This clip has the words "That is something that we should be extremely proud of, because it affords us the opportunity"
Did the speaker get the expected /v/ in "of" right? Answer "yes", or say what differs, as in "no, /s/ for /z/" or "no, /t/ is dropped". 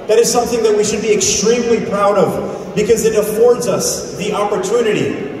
yes